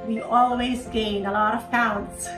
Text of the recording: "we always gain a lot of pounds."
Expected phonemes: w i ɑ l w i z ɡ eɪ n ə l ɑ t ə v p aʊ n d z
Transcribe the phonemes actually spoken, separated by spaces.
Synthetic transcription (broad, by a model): w i ɑ l w i z ɡ eɪ n ə l ɑ t ə v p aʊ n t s